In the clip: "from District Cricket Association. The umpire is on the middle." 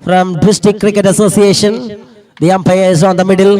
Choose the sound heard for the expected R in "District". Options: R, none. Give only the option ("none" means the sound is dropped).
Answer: none